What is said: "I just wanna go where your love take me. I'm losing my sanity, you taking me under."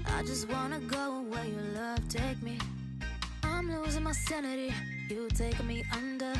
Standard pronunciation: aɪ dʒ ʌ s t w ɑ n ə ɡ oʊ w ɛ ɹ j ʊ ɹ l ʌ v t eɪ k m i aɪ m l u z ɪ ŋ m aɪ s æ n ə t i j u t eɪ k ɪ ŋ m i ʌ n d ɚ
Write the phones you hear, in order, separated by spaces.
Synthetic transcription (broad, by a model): aɪ dʒ ʌ s t w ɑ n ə ɡ oʊ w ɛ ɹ j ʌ l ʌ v t eɪ k m i aɪ m l u z ɪ ŋ m aɪ s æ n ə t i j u t eɪ ɪ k m i ʌ n d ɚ